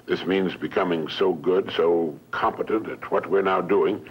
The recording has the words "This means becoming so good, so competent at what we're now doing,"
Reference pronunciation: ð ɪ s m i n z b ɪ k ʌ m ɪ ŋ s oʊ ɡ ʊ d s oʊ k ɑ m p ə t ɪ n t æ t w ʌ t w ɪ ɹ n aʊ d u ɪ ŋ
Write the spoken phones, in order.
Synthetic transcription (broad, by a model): ð ɪ s m i n z b ɪ k ʌ m ɪ ŋ s oʊ ɡ ʊ d s oʊ k ɑ m p ə t ɪ n t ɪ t w ʌ t w ɪ ɹ n aʊ d u ɪ ŋ